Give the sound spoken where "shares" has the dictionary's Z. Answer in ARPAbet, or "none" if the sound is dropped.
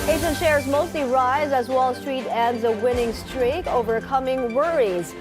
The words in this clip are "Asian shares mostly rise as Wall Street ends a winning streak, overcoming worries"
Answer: Z